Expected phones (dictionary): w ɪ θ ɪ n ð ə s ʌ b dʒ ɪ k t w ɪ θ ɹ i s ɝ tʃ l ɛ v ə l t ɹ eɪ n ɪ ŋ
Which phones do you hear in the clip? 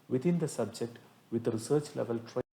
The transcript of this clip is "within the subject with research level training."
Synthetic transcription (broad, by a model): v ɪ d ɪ n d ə s ʌ b dʒ ɪ k t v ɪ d ɹ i s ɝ tʃ l ɛ v ə l t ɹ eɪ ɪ